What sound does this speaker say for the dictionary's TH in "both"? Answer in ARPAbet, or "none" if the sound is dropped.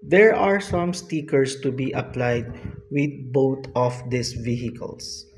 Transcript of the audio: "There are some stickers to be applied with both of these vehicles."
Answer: T